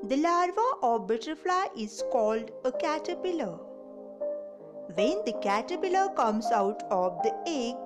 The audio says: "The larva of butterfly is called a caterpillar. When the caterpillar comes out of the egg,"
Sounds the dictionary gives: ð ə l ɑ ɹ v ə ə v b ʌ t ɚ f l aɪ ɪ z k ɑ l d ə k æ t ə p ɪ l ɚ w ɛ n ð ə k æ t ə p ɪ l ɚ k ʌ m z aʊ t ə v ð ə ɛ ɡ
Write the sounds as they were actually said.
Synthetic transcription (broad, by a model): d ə l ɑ ɹ v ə ə v b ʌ t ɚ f l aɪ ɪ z k ɑ l d ə k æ t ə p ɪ l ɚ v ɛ n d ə k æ t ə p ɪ l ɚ k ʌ m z aʊ t ə v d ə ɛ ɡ